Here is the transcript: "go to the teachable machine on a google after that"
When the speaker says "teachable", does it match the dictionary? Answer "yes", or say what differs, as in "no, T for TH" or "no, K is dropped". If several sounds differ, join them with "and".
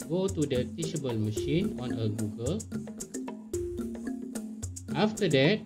no, SH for CH